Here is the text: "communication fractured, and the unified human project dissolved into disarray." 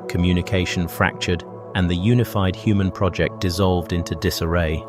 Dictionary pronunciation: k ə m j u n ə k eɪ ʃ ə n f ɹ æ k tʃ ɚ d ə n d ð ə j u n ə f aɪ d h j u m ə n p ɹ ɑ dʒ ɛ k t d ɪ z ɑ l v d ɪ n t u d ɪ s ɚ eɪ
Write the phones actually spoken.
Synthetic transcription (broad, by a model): k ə m j u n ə k eɪ ʃ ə n f ɹ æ k tʃ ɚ d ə n ð ə j u n ə f aɪ d h j u m ə n p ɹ ɑ dʒ ɛ k d ɪ z ɑ l v d ɪ n t u d ɪ s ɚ eɪ